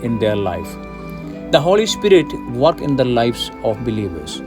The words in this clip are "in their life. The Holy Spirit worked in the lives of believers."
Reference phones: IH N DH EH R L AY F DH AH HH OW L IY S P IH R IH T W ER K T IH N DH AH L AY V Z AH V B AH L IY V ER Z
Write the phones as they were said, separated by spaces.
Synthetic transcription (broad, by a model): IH N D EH R L AY F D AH HH OW L IY S P IH R IH T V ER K IH N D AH L AY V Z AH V B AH L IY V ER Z